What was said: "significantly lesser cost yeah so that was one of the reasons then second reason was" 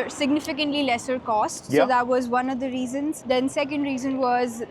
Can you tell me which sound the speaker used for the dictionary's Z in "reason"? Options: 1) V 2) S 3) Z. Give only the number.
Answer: 3